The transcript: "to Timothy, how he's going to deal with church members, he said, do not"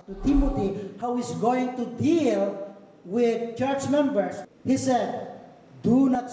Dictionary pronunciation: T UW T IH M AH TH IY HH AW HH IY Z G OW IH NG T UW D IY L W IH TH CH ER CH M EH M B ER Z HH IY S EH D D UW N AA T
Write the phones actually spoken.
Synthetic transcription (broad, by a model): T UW T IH M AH T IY HH AW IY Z G OW IH NG T UW D IY L W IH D CH ER CH M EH M B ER S HH IY S EH D D UW N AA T